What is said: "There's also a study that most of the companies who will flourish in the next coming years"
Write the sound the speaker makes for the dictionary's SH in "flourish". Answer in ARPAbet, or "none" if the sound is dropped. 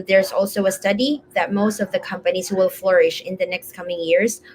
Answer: SH